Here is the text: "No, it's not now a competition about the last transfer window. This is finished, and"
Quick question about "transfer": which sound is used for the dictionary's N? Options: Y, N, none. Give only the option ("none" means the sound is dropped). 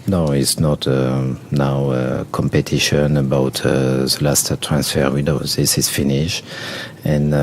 N